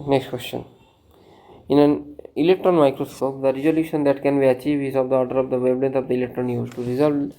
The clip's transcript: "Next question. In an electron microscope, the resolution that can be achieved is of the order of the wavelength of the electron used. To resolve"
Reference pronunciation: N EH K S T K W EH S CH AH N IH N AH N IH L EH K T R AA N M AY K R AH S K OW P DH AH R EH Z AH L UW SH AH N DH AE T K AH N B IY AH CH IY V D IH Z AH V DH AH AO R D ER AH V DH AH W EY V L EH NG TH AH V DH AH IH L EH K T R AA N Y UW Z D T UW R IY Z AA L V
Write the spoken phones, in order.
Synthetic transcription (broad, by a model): N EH K S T K W EH S CH AH N IH N AH N IH L EH K T R AA N M AY K R AH S K OW P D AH R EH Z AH L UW SH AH N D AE T K AH N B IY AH CH IY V IH Z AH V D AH AO R D ER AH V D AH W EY B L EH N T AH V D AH IH L EH K T R AA N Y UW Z T UW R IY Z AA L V